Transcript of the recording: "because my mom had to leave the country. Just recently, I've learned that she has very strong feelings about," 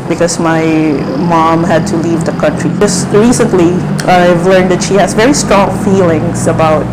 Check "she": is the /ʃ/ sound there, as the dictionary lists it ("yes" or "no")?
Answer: yes